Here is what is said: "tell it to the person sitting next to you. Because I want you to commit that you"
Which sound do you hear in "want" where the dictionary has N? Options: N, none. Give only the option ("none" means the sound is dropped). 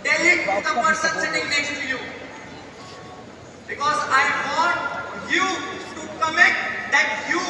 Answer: none